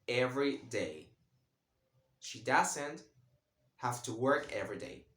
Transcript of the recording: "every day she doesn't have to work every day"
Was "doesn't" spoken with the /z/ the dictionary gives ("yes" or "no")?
no